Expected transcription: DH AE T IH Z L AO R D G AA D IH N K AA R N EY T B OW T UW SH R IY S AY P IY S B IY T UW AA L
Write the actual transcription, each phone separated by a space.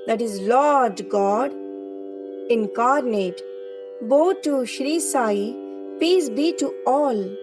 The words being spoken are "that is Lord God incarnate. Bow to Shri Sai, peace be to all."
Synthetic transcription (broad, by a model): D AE T IH Z L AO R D G AA D IH N K AA R N EY T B OW T UW SH R IY S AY P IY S B IY T UW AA L